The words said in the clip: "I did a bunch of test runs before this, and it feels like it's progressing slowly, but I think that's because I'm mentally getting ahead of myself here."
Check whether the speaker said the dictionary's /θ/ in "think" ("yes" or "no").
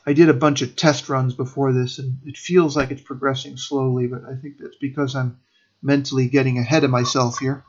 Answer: yes